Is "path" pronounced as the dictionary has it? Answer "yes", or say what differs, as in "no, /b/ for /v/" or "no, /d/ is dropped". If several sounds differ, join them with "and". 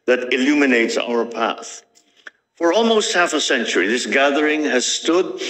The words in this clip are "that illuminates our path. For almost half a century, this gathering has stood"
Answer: yes